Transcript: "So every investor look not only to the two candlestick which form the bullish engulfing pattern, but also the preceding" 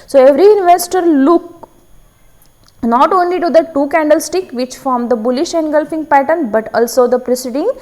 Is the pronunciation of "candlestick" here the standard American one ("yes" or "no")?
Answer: yes